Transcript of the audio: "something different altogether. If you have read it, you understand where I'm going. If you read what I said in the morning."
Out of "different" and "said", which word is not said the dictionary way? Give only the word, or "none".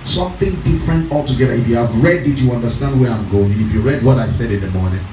none